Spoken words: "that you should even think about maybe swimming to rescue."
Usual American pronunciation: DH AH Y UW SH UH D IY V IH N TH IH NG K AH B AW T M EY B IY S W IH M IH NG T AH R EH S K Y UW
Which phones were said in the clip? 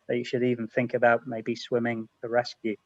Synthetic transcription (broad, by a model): DH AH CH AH SH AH D IY V IH N TH IH NG K AH B AW T M EY B IY S W IH M IH NG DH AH R EH S K Y UW